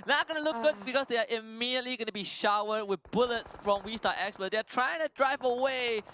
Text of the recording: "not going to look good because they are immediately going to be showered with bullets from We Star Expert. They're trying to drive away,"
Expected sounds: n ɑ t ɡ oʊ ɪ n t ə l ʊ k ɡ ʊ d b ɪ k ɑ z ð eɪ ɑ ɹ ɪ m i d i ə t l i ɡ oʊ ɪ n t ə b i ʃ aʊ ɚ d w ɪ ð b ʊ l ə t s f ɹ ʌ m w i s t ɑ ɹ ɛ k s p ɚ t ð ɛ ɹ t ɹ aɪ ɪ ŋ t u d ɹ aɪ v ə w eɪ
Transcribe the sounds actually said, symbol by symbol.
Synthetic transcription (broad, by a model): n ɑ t ɡ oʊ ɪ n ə l ʊ k ɡ ʊ d b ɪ k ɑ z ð eɪ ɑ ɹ ɪ m i d i ə t l i ɡ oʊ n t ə b i ʃ aʊ ɚ d w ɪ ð b ʊ l ə t s f ɹ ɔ m w i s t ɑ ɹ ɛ k s b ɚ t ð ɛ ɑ t ɹ aɪ ɪ ŋ t u d ɹ aɪ v ə w eɪ